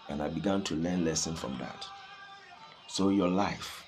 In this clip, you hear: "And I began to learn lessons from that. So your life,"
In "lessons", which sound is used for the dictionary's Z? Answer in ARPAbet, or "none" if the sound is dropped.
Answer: none